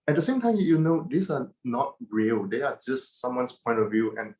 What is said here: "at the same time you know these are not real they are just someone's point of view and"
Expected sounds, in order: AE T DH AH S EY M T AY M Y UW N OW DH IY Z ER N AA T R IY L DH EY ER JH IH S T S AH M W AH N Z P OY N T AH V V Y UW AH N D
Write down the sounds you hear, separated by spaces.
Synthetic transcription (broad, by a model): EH T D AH S EY M T AY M Y UW N OW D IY S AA N AA T R IY L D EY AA JH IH S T S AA M W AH N S P OY N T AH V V Y UW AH N